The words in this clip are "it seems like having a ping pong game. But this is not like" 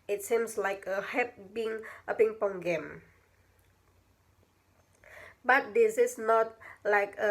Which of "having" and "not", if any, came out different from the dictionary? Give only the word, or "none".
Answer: having